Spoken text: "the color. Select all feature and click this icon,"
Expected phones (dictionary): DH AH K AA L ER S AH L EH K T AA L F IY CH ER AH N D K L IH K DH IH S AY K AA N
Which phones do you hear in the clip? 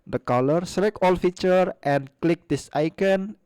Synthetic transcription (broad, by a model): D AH K AA L ER S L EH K AA L F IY CH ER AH N K L IH K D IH S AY K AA N